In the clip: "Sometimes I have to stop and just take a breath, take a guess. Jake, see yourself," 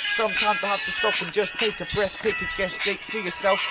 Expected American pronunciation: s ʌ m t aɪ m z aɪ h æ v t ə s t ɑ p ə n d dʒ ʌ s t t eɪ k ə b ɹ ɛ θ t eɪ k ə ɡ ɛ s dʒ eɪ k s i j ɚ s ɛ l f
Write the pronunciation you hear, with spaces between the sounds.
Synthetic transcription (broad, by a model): s ʌ m t aɪ m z aɪ h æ f t ə s t ɑ p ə n dʒ ʌ s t t eɪ k ə b ɹ ɛ θ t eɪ k ə ɡ ɛ s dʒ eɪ k s i j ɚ s ɛ l f